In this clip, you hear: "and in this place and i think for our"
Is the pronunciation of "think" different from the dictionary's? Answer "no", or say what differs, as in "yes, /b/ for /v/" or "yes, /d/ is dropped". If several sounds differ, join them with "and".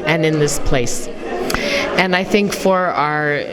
no